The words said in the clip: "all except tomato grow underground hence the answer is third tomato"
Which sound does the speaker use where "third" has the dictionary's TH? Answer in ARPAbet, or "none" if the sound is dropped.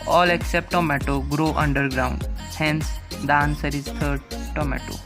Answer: T